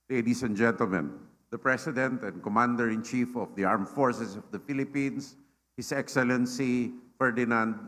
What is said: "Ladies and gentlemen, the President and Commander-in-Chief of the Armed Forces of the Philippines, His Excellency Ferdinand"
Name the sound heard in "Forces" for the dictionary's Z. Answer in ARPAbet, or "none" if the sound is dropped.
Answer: S